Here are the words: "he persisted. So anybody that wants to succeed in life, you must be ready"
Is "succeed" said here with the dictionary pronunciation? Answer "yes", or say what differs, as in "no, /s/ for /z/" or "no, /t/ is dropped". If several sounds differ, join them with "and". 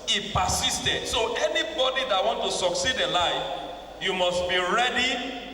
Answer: yes